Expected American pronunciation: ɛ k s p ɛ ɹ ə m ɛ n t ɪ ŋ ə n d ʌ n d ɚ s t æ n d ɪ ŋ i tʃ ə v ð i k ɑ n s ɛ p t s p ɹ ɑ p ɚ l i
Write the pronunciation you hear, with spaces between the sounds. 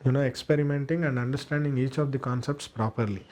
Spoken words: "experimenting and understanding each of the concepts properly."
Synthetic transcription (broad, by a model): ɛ k s p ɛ ɹ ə m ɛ n t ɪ ŋ ə n d ʌ n d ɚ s t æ n d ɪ ŋ i tʃ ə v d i k ɑ n s ɛ p t s p ɹ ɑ p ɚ l i